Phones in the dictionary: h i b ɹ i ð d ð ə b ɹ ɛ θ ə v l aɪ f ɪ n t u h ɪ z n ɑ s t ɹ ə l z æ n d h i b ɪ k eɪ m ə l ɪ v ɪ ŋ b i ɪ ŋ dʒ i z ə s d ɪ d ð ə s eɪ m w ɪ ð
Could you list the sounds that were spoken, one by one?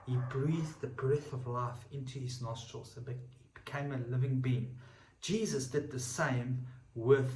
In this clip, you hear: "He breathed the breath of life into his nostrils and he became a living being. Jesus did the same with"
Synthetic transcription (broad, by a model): h i b ɹ i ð ð ə b ɹ ɛ θ ə v l aɪ f ɪ n t u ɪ z n ɑ s t ɹ ə l z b h i b ɪ k eɪ m ə l ɪ v ɪ ŋ b i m dʒ i z ə s d ɪ d ð ə s eɪ m w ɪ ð